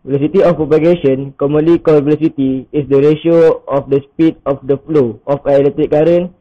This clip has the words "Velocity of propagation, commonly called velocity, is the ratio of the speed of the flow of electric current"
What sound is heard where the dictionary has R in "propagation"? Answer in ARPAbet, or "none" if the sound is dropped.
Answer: none